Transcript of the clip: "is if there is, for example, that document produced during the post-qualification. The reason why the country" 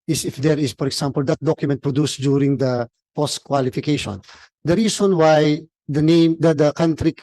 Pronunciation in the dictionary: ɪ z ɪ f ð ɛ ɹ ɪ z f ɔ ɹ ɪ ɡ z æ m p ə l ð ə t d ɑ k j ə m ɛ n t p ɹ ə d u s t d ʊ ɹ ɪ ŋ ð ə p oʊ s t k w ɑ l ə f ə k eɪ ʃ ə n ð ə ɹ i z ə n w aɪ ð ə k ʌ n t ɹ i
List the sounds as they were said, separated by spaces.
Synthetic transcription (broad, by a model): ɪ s ɪ f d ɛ ɹ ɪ s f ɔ ɹ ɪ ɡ s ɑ m p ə l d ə t d ɑ k j ə m ɛ n t p ɹ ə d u s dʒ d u ɹ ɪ ŋ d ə p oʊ s t k w ɑ l ə f ə k eɪ ʃ ə n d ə ɹ i s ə n w aɪ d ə k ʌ n t ɹ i